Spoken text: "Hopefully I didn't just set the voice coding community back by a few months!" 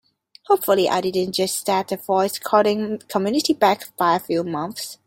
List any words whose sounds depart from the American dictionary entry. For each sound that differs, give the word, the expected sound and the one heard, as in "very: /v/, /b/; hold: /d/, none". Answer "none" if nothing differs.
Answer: none